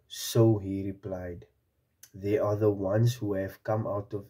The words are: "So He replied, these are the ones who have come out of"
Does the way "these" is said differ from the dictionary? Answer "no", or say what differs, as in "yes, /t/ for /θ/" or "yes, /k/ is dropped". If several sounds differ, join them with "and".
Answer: yes, /z/ is dropped